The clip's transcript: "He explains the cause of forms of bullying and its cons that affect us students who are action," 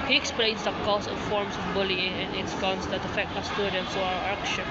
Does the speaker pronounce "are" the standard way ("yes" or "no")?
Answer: no